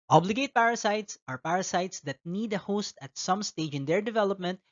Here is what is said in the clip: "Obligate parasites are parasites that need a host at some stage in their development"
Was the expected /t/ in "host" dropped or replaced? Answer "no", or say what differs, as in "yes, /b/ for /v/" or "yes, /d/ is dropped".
no